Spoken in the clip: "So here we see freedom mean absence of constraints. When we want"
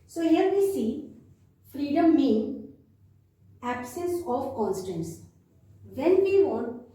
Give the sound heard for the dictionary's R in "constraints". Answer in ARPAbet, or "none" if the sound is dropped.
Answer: none